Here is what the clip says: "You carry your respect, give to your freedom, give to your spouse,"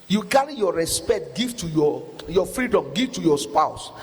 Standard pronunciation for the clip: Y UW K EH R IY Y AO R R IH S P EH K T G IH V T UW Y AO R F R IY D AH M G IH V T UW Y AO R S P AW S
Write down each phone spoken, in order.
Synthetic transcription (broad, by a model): Y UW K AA R IY Y AO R R IH S P EH K T G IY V T UW Y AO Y F R IY D AH M G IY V T UW Y AO S P AW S